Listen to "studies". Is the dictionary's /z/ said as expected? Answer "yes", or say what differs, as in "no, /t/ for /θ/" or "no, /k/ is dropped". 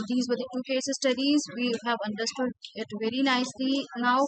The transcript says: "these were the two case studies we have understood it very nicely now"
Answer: yes